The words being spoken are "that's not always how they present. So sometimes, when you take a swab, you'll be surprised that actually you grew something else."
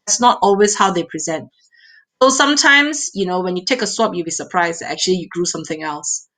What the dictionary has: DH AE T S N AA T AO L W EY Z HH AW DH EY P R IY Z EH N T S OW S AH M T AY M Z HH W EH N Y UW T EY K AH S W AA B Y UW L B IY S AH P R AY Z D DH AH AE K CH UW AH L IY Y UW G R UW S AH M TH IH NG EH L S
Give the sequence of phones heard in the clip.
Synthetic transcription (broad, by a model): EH T S N AA T AO L W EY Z HH AW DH EY P R IY Z EH N T S OW S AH M T AY M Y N W EH N Y UW T EY K AH S W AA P Y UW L B IY S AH P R AY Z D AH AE K CH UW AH L IY Y UW G R UW S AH M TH IH NG EH L S